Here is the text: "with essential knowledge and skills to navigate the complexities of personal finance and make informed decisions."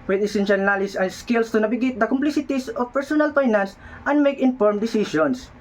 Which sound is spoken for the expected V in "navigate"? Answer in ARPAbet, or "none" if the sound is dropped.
B